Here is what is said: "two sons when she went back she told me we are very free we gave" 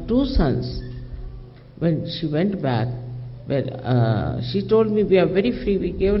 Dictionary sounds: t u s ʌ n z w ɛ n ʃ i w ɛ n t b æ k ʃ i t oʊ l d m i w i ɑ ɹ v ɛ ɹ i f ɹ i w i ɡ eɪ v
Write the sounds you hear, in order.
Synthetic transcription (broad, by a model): t u s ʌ n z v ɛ n ʃ i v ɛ n t b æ k ʃ i t oʊ l d m i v i ɑ ɹ v ɛ ɹ i f ɹ i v i ɡ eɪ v